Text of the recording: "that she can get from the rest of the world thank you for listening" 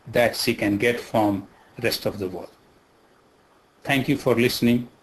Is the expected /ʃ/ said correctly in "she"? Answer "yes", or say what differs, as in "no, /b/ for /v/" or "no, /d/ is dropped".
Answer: no, /s/ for /ʃ/